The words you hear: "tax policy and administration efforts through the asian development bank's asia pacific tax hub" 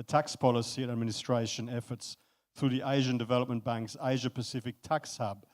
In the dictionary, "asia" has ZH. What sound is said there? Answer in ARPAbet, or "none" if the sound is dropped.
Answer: ZH